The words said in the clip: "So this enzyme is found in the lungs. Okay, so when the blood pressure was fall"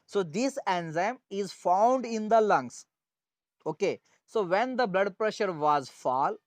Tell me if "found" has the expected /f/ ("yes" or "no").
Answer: yes